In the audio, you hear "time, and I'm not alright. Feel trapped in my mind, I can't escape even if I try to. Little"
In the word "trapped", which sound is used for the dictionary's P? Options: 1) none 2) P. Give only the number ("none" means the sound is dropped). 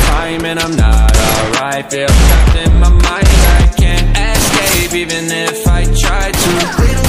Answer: 1